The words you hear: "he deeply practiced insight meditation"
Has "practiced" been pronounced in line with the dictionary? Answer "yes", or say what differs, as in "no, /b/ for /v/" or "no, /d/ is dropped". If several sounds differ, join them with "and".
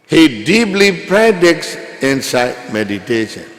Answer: no, /k/ is dropped